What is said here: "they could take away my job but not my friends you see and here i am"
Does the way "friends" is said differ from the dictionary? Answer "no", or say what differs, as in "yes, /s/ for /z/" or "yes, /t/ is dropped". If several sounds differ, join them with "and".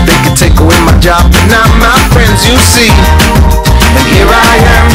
no